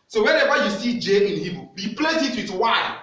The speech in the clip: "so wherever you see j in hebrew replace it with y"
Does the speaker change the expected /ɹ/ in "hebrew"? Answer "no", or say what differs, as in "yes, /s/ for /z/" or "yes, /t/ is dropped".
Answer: yes, /ɹ/ is dropped